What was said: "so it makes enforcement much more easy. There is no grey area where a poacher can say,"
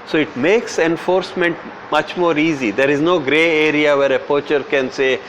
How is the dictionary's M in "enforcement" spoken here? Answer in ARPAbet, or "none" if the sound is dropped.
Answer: M